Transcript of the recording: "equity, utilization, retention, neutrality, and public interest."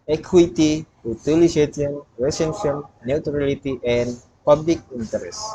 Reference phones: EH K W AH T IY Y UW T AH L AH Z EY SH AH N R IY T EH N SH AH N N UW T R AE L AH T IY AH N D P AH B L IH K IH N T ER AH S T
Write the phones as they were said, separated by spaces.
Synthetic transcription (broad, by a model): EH K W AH T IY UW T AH L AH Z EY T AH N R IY S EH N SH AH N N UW T R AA L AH T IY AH N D P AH B L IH K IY N T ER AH S